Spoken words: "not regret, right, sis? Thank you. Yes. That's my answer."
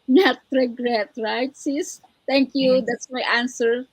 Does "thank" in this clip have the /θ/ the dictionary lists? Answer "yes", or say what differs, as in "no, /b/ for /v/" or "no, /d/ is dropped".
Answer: no, /t/ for /θ/